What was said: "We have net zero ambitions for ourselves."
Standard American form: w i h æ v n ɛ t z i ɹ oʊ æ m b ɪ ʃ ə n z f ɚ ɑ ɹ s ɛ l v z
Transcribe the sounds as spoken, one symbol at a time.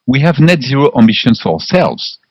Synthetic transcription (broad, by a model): w i h æ v n ɛ t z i ɹ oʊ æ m b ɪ ʃ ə n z f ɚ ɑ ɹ s ɛ l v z